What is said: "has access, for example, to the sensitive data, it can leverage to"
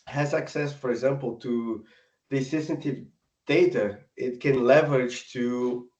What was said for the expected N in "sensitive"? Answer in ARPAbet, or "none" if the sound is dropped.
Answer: none